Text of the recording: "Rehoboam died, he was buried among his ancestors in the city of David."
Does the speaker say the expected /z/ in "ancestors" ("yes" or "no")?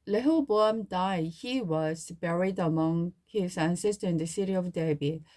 no